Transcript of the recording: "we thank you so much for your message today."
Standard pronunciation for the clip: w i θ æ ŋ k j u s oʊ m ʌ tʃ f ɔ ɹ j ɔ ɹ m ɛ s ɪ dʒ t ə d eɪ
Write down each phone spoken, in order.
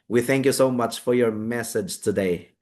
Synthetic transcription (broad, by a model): w i θ æ ŋ k j u s oʊ m ʌ tʃ f ɔ ɹ j ɔ ɹ m ɛ s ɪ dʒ t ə d eɪ